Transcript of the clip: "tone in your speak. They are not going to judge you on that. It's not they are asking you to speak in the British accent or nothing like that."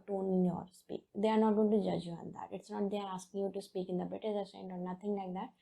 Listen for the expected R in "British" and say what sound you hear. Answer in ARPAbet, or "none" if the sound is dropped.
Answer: none